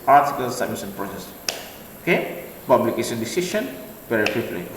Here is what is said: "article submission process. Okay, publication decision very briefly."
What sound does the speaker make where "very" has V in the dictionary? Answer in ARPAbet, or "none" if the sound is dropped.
P